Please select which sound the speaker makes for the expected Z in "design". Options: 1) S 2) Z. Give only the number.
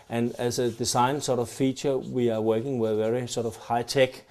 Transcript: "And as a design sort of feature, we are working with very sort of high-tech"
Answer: 1